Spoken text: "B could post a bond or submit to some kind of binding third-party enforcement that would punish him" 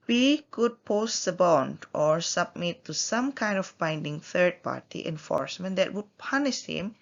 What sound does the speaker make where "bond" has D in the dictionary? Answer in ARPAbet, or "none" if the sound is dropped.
D